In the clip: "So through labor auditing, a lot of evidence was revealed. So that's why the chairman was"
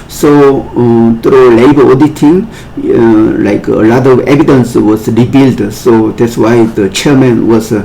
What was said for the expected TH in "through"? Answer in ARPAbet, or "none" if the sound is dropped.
T